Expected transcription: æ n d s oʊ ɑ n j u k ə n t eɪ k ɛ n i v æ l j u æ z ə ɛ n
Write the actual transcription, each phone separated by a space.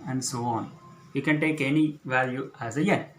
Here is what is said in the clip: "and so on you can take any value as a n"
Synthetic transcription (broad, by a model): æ n d s oʊ ɑ n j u k ə n t eɪ k ɛ n i v æ l j u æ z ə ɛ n